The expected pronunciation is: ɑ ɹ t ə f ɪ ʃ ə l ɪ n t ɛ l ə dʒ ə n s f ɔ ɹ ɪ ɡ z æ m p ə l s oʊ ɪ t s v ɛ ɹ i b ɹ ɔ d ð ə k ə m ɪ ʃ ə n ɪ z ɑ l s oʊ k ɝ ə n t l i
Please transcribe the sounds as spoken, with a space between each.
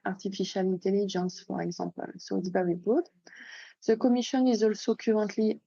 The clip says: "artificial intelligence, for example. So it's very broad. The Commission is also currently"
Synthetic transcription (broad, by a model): ɑ ɹ t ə f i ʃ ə l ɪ n t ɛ l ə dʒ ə n s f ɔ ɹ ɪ ɡ z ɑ p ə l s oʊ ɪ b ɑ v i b ɔ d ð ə k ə m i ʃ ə n ɪ z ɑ l s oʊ k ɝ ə n t l i